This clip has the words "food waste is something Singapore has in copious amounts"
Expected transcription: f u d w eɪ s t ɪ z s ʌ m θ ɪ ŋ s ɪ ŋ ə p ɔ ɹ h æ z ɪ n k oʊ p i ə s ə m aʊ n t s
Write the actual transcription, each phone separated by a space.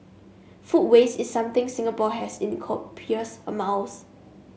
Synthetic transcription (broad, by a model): f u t w eɪ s ɪ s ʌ m t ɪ ŋ s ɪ ŋ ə p ɔ h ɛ s ɪ n k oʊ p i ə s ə m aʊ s